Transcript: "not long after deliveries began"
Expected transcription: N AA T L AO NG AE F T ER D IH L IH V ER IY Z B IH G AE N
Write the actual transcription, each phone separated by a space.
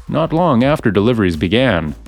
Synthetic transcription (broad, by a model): N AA T L AO NG AE F T ER D IH L IH V ER IY Z B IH G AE N